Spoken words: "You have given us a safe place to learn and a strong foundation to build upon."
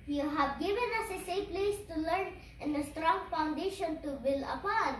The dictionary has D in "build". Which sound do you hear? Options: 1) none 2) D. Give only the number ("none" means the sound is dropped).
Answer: 1